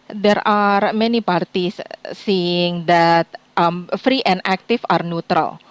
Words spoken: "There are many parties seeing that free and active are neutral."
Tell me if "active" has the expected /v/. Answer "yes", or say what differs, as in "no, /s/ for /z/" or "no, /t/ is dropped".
no, /f/ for /v/